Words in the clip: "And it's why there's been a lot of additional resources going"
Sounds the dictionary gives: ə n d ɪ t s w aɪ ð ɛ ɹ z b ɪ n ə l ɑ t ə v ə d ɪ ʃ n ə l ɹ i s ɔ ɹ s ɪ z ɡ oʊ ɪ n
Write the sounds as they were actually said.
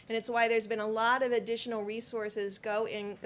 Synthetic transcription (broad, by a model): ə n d ɪ t s w aɪ ð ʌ ɹ z b ɪ n ə l ɑ t ə v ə d ɪ ʃ n l ɹ i s ɔ ɹ s ɪ z ɡ oʊ ɪ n